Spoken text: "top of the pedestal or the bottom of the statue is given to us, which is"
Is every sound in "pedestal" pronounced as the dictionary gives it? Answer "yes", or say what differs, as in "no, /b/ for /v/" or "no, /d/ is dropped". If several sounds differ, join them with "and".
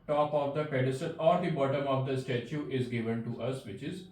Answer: no, /n/ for /l/